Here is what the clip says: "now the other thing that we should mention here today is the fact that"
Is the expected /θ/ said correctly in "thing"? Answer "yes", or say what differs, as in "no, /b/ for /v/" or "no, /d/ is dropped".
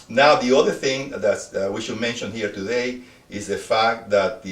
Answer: yes